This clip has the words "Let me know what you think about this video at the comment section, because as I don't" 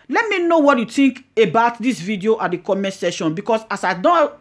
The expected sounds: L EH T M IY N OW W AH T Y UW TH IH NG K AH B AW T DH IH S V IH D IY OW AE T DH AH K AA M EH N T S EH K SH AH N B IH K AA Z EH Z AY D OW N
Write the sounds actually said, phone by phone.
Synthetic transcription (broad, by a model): L EH T M IY N OW W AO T Y UW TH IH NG K AH B AW T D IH S V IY D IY OW T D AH K AA M EH N T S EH SH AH N B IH K AA S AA S AY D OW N